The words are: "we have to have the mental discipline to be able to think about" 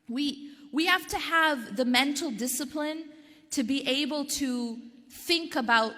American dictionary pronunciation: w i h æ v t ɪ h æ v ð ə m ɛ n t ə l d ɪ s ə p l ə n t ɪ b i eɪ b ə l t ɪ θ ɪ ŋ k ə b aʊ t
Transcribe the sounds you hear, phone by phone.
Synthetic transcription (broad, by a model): w i h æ f t ɪ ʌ v ð ə m ɛ n t l d ɪ s ə p l ə n t ɪ b i eɪ b ə l t ɪ θ ɪ ŋ k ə b aʊ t